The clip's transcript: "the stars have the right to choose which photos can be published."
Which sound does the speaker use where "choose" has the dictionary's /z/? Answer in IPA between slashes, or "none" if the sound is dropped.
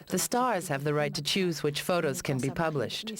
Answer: /z/